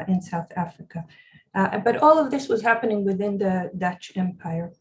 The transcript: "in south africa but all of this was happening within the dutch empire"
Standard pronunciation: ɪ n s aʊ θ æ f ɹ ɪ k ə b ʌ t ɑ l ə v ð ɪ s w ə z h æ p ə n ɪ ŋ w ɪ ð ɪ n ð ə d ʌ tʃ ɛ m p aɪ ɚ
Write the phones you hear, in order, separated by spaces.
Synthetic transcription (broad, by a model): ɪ n s aʊ θ æ f ɹ ɪ k ə b ʌ t ɑ l ə v ð ɪ s w ə z h æ p ə n ɪ ŋ w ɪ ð ɪ n ð ə d ʌ tʃ ɛ m p aɪ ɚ